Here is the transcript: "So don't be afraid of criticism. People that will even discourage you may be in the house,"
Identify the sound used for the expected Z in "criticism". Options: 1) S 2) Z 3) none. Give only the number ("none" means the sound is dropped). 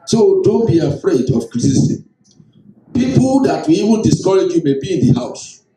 1